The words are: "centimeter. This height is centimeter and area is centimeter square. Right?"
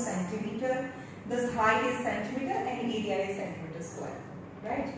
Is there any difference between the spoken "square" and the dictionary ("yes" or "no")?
yes